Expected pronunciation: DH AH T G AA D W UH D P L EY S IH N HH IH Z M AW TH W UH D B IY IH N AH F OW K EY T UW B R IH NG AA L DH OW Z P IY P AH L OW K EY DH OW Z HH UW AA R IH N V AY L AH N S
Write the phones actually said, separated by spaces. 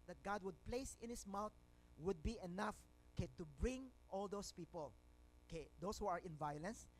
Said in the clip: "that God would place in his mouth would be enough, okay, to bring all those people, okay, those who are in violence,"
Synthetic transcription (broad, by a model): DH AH T G AA D W UH D P L EY S IH N HH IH S M AW T W UH D B IY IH N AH F OW K EY T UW B R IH NG AA L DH OW S P IY P AH L OW K EY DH OW S HH UW AA R IH N V AY L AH N S